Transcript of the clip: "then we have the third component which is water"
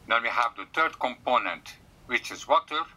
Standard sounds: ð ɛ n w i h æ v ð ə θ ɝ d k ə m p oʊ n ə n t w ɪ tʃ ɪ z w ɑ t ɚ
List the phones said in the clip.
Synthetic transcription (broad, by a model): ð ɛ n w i h æ v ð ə t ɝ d k ə m p oʊ n ə n t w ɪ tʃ ɪ z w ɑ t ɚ